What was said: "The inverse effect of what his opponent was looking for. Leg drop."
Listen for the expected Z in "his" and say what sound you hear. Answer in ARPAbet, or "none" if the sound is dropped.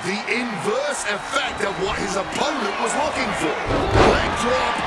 Z